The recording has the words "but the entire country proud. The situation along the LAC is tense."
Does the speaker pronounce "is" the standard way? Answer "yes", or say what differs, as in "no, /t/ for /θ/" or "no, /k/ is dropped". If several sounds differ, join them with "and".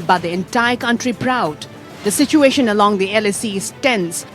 no, /s/ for /z/